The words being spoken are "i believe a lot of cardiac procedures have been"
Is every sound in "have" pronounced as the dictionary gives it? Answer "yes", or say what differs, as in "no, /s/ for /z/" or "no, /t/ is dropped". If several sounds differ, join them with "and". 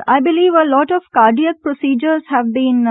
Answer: yes